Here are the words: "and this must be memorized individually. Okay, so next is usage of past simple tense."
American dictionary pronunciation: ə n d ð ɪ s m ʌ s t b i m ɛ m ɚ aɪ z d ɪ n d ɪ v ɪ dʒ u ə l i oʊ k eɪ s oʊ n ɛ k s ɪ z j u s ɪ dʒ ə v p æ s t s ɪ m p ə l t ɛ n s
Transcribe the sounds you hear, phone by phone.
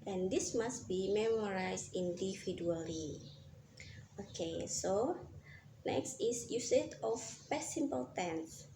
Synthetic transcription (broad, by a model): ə n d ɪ s m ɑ s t b i m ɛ m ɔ aɪ s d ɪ n d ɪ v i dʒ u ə l i oʊ k eɪ s oʊ n ɛ k s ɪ s j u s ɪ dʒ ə f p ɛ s s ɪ m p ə l t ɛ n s